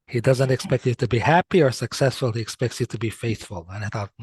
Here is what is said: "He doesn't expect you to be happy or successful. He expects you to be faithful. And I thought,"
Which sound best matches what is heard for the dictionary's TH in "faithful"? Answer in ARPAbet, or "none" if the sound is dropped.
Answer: TH